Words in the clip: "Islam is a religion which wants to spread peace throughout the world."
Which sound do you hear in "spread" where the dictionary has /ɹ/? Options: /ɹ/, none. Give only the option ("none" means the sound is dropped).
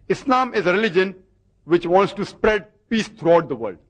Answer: /ɹ/